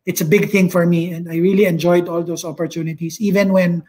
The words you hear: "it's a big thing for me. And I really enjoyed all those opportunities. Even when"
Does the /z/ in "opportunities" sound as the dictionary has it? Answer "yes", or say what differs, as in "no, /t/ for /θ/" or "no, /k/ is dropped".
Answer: no, /s/ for /z/